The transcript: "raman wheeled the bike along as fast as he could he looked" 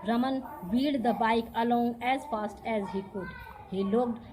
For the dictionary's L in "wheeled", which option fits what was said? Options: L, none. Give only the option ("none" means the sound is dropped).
none